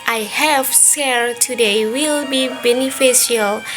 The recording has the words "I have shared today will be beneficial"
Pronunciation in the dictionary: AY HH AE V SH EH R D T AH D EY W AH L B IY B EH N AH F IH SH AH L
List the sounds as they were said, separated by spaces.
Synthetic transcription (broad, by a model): AY HH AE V S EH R T AH D EY W AH L B IY B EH N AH F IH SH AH L